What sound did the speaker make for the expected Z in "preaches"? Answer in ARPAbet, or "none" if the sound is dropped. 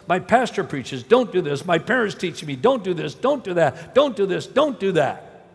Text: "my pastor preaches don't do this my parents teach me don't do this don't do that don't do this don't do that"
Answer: Z